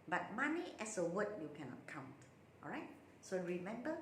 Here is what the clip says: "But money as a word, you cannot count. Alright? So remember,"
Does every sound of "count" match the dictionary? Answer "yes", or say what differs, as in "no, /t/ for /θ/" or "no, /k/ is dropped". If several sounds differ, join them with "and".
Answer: yes